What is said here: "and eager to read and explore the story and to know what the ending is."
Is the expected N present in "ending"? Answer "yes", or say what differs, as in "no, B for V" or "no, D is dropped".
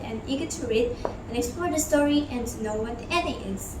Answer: no, N is dropped